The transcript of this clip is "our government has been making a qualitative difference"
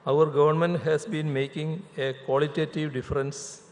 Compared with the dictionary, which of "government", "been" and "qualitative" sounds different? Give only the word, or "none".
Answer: none